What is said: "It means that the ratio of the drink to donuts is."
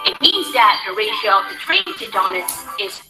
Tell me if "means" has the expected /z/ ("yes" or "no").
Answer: yes